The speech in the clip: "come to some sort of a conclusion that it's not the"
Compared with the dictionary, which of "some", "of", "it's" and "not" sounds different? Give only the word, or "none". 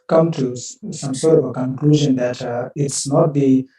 of